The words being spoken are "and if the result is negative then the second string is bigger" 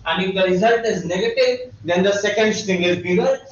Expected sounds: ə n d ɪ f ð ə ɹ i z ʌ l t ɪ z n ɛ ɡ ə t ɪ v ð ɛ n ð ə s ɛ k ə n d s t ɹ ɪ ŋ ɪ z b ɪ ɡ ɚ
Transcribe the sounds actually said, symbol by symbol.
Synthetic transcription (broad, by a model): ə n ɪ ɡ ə ɹ i z ʌ l t ɪ z n ɛ ɡ ə t ɪ v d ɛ n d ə s ɛ k ə n d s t ɪ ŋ ɪ z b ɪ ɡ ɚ